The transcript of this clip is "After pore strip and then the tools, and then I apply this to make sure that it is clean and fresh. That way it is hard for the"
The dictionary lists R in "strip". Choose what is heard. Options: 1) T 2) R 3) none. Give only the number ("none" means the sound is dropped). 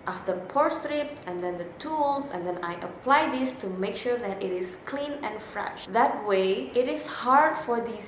2